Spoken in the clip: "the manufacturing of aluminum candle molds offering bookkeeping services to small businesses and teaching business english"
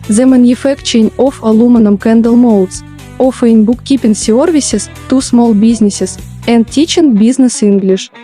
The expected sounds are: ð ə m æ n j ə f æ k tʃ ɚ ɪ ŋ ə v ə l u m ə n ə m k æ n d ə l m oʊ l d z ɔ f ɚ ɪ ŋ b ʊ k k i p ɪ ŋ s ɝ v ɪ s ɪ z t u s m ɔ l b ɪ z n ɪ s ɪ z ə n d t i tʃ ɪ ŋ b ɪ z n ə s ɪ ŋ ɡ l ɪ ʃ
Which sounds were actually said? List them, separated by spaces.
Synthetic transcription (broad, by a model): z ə m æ n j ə f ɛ k tʃ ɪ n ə f ə l u m ə n ə m k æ n d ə l m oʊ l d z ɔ f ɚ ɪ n b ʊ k k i p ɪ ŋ s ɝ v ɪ s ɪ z t u s m ɔ l b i z n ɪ s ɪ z ə n d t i tʃ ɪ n b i z n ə s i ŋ ɡ l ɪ ʃ